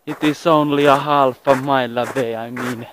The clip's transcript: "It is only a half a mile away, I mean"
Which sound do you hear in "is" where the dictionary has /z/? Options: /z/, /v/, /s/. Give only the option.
/s/